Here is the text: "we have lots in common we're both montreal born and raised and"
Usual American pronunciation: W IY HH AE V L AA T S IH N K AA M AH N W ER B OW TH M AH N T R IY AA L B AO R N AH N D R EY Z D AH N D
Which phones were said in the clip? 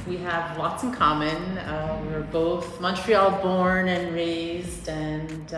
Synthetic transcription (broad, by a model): W IY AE V L AA T S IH N K AA M AH N W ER B OW TH M AH N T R IY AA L B AO R N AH N R EY Z D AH N